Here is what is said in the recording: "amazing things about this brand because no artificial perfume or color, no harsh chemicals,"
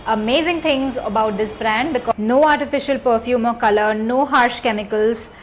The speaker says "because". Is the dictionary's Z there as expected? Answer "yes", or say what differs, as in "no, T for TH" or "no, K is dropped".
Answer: no, Z is dropped